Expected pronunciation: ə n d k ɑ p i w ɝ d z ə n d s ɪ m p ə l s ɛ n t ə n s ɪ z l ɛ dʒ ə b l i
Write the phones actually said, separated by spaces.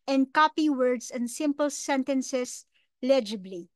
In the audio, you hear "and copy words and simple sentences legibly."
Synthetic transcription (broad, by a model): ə n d k ɑ p i w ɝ d s ə n d s ɪ m p ə l s ɛ n t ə n s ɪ s l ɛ dʒ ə b l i